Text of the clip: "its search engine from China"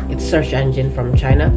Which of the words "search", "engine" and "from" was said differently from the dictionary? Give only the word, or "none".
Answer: search